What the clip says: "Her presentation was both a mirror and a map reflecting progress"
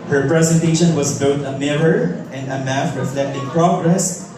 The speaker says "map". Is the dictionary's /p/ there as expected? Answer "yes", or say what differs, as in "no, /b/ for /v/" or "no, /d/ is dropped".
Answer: no, /f/ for /p/